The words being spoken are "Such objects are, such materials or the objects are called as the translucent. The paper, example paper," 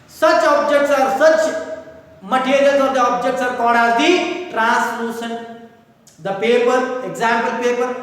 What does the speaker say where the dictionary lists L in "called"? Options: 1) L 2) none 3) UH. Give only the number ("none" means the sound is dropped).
2